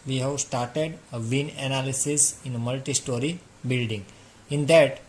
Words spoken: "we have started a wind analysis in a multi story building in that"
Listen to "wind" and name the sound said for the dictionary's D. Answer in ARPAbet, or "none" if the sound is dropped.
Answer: none